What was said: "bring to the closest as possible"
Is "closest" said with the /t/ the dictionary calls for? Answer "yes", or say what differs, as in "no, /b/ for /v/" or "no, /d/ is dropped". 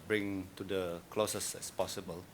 no, /t/ is dropped